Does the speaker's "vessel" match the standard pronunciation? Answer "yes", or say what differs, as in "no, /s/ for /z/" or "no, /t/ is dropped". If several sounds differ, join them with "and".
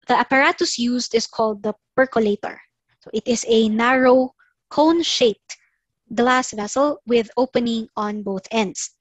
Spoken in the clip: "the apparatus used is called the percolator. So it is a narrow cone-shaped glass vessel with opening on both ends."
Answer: yes